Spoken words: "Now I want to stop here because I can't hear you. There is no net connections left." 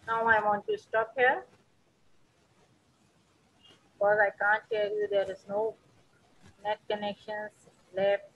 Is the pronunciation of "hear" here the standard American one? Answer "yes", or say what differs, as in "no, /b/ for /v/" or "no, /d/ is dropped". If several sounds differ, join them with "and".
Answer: no, /l/ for /ɹ/